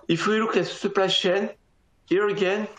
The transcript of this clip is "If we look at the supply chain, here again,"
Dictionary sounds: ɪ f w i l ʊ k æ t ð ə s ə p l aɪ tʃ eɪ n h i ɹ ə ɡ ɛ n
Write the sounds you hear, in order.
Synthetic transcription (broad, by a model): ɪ f w i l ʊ k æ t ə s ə p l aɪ ʃ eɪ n h i ɹ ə ɡ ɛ n